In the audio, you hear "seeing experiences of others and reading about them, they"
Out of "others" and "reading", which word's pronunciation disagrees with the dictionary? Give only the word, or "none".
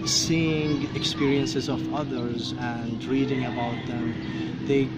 none